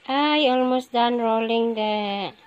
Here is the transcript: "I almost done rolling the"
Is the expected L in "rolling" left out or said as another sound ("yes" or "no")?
no